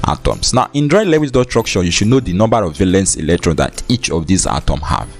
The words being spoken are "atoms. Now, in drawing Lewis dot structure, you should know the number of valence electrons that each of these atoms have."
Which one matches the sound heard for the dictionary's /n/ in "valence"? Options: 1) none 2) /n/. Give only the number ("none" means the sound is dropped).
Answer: 2